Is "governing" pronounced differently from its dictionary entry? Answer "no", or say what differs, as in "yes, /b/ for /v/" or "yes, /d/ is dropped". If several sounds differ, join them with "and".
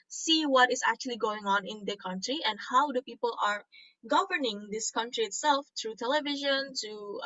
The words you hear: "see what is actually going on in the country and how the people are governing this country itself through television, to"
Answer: no